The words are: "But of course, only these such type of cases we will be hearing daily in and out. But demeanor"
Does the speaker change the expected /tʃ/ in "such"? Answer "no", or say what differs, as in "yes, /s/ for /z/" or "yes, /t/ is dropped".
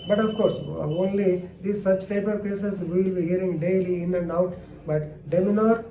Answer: no